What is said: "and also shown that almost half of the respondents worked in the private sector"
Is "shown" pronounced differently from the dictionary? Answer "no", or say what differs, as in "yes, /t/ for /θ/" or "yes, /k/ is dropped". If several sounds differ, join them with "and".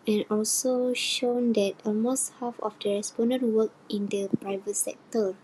no